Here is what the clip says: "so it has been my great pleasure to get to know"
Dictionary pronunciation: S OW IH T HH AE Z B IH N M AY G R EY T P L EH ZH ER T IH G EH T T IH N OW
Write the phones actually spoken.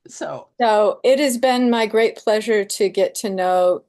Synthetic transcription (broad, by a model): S OW IH T HH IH Z B IH N M AY G R EY T P L EH ZH ER T IH G EH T T IH N OW